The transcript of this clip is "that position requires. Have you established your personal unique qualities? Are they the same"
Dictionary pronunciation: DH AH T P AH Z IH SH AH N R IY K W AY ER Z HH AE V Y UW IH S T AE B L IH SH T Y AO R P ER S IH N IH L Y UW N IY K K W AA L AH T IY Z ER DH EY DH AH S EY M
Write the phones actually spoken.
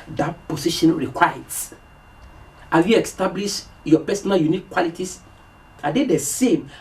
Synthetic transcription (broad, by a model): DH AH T P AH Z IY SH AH N R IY K W AY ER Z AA Y UW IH S T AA B L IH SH Y AO P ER S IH N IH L Y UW N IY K K W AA L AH T IY S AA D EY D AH S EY M